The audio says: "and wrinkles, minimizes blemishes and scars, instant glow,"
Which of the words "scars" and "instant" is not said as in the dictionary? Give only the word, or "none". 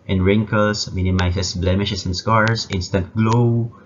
scars